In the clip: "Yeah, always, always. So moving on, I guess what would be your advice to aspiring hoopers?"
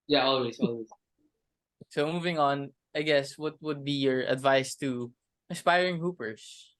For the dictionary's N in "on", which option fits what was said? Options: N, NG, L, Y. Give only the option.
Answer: N